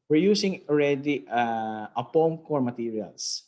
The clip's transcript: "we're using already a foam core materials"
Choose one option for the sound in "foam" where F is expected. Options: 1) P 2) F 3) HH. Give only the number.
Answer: 1